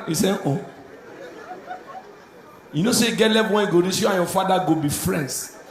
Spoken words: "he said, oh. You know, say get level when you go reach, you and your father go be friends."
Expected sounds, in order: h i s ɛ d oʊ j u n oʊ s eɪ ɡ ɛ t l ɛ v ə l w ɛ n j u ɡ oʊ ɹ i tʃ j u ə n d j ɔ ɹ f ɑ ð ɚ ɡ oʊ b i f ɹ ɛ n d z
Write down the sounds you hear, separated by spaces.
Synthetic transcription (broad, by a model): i s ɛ oʊ j u n oʊ s eɪ ɡ ɛ t l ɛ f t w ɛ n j ɡ oʊ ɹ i s j u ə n j ɔ f ɑ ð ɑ ɡ oʊ b i f ɹ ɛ n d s